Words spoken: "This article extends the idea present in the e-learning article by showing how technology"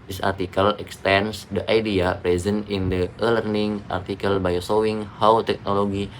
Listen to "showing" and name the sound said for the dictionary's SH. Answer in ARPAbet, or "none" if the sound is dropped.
S